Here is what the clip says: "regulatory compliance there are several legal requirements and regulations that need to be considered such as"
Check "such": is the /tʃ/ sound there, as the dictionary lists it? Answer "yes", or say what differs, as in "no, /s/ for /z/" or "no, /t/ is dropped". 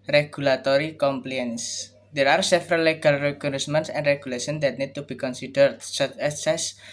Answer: no, /s/ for /tʃ/